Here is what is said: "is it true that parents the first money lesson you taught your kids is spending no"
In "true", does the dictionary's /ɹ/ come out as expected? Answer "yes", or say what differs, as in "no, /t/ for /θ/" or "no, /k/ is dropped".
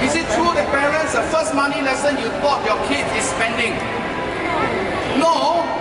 yes